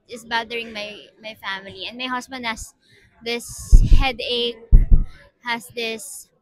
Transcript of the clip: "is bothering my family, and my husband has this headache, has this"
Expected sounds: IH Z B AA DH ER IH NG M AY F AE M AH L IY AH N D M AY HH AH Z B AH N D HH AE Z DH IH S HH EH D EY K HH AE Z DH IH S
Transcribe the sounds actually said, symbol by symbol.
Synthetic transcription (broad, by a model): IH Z B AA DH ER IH NG M AY F AE M AH L IY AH N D M AY HH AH S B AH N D HH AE S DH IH S HH EH D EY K HH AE S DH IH S